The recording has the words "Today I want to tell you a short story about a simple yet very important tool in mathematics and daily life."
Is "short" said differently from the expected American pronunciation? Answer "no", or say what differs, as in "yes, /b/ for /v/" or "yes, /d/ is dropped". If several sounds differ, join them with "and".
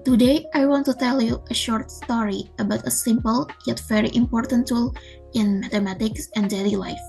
no